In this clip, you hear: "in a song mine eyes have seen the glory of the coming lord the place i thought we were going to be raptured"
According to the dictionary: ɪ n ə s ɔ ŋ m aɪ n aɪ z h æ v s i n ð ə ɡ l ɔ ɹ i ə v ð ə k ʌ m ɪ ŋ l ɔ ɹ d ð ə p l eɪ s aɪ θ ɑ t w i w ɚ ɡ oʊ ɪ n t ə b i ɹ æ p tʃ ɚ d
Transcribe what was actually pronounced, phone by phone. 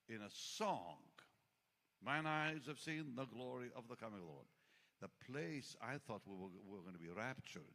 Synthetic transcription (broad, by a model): ɪ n ə s ɔ ŋ m aɪ n aɪ z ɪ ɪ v s i n ð ə ɡ l ɔ ɹ i ə v ð ə k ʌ m ɪ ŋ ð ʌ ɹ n ð ə p l eɪ s aɪ θ ɑ t w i w ɚ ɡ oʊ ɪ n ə b i ɹ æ p tʃ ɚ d